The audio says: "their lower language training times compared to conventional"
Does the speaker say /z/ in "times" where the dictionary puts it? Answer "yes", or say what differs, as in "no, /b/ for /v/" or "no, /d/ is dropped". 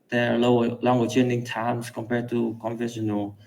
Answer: no, /s/ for /z/